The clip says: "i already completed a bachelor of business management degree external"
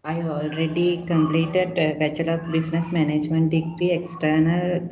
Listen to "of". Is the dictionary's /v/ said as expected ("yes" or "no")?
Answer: no